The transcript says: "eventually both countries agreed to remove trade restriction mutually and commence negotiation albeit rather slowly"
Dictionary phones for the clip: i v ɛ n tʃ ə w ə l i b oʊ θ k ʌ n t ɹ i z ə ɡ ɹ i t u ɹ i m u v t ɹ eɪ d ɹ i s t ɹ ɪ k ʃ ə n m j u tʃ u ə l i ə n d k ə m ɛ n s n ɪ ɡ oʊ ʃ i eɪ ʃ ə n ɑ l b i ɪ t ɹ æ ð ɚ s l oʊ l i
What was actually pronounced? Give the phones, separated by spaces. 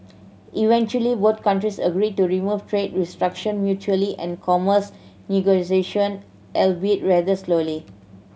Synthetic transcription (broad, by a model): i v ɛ n tʃ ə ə l i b oʊ t k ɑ n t ɹ i s ə ɡ ɹ i t u ɹ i m u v t ɹ eɪ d ɹ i s t ɹ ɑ k ʃ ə n m j u tʃ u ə l i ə n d k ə m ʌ s n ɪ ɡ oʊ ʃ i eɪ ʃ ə n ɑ l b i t ɹ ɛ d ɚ s l oʊ l i